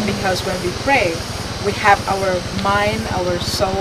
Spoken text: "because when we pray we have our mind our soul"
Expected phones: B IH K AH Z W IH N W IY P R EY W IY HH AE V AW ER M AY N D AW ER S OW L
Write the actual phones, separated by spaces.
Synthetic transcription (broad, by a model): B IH K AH Z W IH N W IY P R EY W IY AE V AW ER M AY N D AW ER S OW